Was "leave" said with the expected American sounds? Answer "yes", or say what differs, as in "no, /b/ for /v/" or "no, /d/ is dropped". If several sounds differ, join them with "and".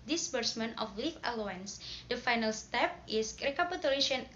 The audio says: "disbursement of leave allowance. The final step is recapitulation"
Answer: no, /f/ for /v/